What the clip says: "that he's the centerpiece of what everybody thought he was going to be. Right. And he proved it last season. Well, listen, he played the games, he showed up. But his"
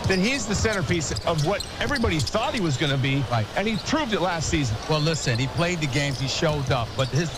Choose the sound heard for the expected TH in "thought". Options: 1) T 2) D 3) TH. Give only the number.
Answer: 3